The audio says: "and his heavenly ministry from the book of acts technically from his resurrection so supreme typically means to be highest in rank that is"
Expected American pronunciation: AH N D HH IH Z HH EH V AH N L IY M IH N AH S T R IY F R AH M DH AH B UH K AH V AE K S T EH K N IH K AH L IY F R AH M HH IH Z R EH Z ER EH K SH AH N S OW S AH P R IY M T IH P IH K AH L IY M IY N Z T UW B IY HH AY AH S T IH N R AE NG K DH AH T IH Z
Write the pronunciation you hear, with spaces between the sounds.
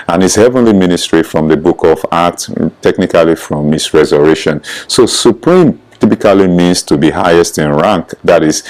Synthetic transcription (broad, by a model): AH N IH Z HH EH V AH N L IY M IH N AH S T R IY F R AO M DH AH B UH K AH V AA K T T EH K N IH K AH L IY F R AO M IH S R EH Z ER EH SH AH N S OW S AH P R IY M T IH P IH K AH L IY M IY N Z T UW B IY HH AY AH S T IH N R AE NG K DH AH T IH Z